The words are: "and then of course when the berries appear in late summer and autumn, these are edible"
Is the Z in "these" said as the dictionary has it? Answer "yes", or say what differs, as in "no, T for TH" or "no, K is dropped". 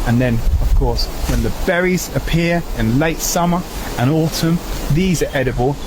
yes